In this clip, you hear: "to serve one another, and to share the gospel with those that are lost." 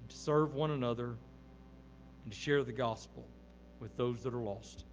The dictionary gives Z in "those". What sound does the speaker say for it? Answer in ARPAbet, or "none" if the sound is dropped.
Z